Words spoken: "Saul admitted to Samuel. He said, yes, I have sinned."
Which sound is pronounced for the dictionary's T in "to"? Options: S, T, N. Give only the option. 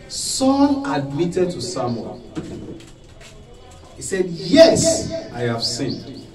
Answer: T